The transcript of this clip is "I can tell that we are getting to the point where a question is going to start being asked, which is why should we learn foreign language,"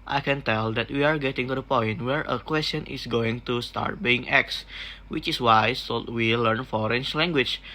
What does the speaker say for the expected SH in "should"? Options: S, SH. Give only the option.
S